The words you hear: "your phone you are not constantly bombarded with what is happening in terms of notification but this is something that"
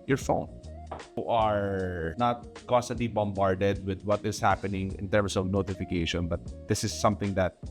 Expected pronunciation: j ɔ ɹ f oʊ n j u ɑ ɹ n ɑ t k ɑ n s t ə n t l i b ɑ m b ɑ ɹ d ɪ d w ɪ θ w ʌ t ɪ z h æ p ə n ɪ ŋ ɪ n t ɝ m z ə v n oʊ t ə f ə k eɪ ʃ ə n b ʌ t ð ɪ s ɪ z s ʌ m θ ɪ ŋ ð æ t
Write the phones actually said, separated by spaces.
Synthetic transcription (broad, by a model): j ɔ ɹ f oʊ n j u ɑ ɹ n ɑ t k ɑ s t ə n t l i b ɑ m b ɑ ɹ d ɪ d w ɪ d w ʌ t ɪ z h æ p ə n ɪ ŋ ɪ n t ɝ m s ə v n oʊ t ə f ə k eɪ ʃ ə n b ʌ t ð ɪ s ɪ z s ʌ m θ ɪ ŋ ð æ t